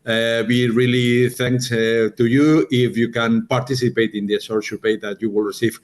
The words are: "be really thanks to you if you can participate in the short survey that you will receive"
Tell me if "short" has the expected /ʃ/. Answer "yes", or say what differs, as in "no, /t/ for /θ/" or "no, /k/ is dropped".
no, /s/ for /ʃ/